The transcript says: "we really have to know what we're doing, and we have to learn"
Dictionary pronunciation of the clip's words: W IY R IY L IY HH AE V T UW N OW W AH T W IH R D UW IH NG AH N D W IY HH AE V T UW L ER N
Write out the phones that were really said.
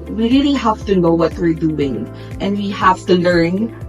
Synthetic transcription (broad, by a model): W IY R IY N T HH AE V T UW N OW W AH T W IH R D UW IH NG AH N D W IY HH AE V T UW L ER N